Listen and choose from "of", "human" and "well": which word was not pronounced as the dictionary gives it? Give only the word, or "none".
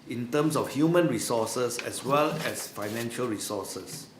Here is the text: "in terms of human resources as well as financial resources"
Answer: of